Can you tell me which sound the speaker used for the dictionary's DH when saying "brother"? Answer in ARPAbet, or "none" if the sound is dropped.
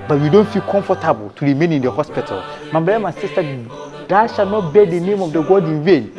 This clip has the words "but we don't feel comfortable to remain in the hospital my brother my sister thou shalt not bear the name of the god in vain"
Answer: none